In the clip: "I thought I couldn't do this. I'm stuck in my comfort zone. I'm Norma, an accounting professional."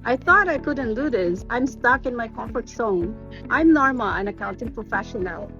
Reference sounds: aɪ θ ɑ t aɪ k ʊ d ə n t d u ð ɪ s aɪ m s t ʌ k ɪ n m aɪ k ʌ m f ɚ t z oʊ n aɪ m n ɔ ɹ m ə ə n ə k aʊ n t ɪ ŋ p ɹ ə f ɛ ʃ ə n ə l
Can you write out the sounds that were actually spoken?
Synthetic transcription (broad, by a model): aɪ θ ɑ t aɪ k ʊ d n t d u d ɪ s aɪ m s t ʌ k ɪ n m aɪ k ʌ m f ɚ t s oʊ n aɪ m n ɔ ɹ m ə ə n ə k aʊ n t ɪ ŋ p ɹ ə f ɛ ʃ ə n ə l